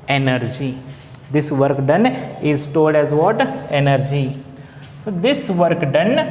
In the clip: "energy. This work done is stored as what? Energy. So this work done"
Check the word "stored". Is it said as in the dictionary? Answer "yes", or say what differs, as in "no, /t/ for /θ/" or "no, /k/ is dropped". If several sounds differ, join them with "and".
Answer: no, /l/ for /ɹ/